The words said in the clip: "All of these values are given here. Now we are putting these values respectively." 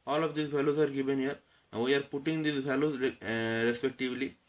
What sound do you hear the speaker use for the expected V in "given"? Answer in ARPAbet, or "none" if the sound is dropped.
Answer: V